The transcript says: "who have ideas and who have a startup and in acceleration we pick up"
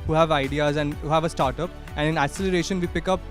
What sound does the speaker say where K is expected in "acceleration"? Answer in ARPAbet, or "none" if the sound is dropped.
none